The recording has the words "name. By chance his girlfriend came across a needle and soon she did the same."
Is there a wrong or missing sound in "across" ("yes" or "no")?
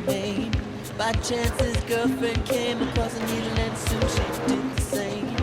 yes